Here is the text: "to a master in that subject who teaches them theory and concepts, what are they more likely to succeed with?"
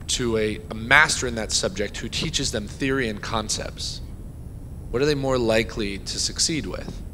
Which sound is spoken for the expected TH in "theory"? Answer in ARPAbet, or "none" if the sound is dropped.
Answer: TH